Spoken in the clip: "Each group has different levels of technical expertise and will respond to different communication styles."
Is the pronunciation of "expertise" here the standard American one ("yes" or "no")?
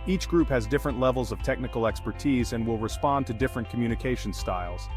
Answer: yes